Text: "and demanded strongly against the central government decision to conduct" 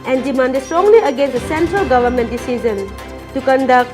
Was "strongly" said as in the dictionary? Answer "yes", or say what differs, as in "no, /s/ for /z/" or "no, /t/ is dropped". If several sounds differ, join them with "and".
yes